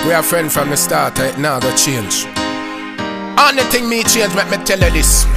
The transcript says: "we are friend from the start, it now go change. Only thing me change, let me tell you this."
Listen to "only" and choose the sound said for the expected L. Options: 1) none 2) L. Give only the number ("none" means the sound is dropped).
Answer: 1